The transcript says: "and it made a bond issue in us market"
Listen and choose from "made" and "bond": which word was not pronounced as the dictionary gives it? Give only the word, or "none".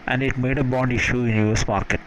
none